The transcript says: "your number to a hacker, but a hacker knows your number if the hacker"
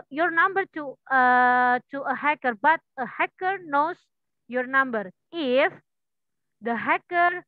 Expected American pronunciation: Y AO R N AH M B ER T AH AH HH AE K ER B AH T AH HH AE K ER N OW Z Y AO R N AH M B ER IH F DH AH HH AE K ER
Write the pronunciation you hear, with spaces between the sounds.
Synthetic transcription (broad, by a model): Y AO R N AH M B ER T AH AH HH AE K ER B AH T AH HH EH K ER N OW S Y AO R N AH M B ER IH F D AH HH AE K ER